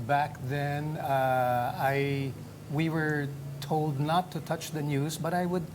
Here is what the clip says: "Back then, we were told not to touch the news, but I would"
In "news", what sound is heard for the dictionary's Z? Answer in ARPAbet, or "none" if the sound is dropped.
Z